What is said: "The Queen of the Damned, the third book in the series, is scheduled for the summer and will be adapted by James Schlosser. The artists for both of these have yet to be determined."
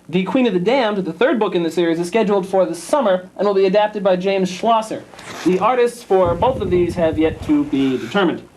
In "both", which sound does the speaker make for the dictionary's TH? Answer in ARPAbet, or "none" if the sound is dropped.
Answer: TH